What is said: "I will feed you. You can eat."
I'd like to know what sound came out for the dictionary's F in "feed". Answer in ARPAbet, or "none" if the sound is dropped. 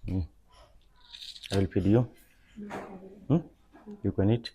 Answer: P